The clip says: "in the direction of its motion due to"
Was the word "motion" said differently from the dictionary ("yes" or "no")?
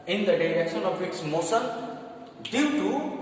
yes